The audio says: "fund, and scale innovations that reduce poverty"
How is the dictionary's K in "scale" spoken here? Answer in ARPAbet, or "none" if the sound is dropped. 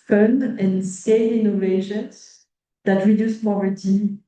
none